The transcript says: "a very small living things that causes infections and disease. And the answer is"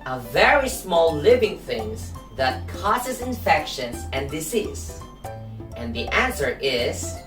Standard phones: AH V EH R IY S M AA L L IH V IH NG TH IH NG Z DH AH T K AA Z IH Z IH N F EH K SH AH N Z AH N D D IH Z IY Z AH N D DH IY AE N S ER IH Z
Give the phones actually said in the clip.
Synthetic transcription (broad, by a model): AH V EH R IY S M AA L L IH V IH NG TH IH NG Z DH AH T K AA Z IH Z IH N F EH K SH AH N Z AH N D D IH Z IY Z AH N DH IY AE N S ER IH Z